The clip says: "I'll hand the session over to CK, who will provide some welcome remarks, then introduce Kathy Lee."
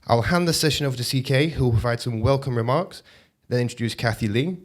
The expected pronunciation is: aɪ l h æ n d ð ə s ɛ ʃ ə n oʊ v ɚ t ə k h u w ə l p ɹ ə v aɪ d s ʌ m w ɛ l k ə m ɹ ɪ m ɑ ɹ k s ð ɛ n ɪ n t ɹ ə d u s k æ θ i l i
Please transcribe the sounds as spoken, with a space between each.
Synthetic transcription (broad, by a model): aɪ l h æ n ð ə s ɛ ʃ ə n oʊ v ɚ s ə k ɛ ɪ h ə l p ɹ ə v aɪ d s ʌ m w ɛ l k ə m ɹ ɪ m ɑ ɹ k s ð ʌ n ɪ n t ɹ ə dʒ u s k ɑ θ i l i